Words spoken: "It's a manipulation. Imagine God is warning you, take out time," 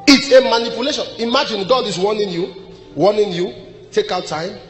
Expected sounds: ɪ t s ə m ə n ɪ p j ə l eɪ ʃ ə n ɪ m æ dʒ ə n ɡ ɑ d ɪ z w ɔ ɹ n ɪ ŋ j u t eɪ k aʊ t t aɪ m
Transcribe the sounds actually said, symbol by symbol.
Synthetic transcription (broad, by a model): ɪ t s ə m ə n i p j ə l eɪ ʃ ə n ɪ m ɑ dʒ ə n ɡ ɑ d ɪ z w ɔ w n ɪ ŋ j u t eɪ k aʊ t t aɪ m